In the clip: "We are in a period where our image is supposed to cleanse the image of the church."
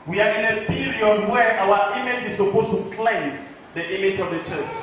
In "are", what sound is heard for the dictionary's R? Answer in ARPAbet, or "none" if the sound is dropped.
R